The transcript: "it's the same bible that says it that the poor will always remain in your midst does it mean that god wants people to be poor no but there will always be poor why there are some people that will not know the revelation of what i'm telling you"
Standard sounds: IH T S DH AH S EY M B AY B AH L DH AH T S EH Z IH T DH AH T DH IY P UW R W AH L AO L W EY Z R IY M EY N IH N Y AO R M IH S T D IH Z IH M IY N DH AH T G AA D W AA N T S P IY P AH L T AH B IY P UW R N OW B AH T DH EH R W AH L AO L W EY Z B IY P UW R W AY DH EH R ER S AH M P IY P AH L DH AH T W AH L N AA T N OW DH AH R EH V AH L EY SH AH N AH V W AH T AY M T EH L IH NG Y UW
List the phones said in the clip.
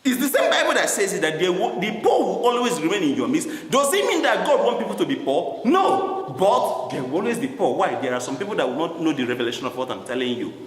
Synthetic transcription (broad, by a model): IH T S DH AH S EY M B AY B AH L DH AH T S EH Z IH T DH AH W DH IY P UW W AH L AO L W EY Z R IY M EY N IH N Y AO M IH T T D IH Z IH M IY N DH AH T G AA D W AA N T P IY P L T AH B IY P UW N OW B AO T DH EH W AH L AO L W EY Z B IY P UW W AY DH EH R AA S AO M P IY P AH L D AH T W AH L N AA T N OW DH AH R EH V AH L EY SH AH N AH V W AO T AY M T EH L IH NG Y UW